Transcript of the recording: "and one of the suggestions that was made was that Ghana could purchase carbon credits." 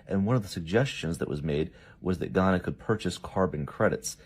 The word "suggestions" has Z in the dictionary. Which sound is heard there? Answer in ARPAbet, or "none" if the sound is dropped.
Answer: Z